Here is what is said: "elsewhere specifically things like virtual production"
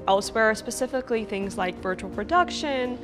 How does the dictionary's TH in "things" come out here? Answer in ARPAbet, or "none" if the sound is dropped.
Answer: TH